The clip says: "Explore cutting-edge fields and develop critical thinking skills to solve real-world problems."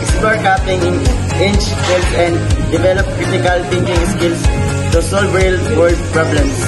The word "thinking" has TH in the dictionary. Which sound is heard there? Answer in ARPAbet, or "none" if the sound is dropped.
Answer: T